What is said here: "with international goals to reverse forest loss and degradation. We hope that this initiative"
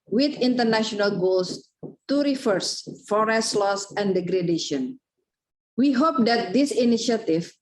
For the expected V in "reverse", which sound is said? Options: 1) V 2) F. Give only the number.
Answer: 2